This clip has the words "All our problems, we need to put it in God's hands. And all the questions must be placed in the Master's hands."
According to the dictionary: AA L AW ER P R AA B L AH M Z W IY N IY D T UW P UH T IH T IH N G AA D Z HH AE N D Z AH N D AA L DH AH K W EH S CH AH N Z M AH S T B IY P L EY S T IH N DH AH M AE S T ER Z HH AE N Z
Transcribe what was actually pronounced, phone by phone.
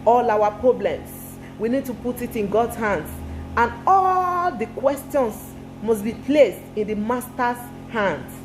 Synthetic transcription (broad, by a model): AA L AW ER P R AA B L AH M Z W IY N IY D T UW P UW T IH T IH N G AA D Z HH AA N D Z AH N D AA L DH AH K W EH S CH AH N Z M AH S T B IY P L EY S T IH N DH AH M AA S T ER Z HH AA N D